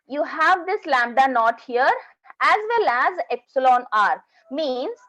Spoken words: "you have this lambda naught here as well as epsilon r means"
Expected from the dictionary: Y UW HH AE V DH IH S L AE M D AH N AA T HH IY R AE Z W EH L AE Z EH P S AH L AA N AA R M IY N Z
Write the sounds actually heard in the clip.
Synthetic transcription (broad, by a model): Y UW HH AE V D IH S L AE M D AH N AA T HH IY R AE Z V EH L AE Z EH P S AH L AA N AA R M IY N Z